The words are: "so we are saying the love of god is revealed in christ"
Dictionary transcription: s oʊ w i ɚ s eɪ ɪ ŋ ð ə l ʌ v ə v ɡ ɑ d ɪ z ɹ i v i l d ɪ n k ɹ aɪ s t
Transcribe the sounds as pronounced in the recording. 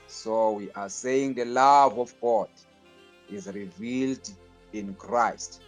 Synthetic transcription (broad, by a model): s oʊ w i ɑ s eɪ ɪ ŋ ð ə l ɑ v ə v ɡ ɑ d ɪ z ɹ i v i l d ɪ n k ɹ aɪ s t